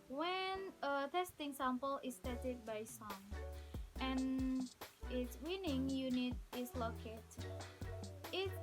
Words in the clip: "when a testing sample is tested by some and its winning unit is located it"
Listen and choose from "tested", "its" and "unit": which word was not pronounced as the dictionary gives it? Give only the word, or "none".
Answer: tested